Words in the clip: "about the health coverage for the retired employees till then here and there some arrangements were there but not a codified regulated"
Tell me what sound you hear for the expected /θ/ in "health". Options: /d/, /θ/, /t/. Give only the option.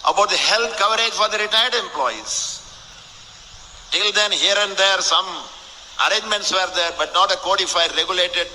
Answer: /t/